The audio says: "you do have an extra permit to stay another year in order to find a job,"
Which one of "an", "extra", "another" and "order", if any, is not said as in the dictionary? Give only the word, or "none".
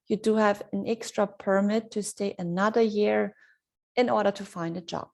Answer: none